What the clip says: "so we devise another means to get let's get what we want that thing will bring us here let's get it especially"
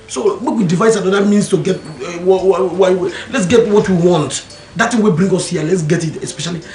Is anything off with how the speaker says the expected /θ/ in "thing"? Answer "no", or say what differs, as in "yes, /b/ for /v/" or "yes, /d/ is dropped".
yes, /t/ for /θ/